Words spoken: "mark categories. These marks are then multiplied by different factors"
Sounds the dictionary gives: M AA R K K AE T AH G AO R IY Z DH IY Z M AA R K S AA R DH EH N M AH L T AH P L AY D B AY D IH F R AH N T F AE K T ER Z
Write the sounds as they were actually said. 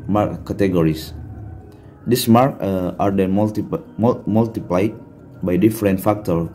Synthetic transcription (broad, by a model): M AA R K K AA T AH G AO R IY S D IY S M AA R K AA R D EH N M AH L T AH P L AY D B AY D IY F R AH N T F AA K T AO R